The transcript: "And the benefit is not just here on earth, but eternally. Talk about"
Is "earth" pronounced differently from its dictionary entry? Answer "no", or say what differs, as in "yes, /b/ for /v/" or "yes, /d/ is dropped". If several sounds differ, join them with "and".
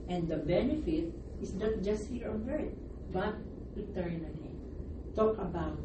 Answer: yes, /t/ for /θ/